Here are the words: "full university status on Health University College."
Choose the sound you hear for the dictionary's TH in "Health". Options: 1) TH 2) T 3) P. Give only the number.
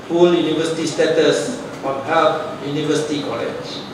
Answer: 2